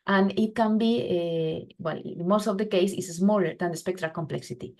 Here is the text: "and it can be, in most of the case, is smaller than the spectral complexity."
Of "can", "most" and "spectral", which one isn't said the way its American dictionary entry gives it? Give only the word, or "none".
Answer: none